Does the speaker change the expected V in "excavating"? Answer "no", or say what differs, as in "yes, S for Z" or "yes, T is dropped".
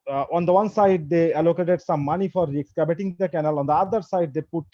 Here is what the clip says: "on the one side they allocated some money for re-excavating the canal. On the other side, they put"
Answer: yes, B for V